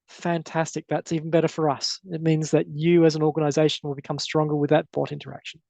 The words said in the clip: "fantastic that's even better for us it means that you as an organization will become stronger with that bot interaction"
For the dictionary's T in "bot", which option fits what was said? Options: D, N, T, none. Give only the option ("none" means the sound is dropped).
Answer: T